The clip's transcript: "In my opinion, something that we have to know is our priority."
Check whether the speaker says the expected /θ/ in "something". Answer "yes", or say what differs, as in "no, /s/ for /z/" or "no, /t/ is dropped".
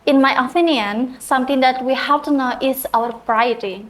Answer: no, /t/ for /θ/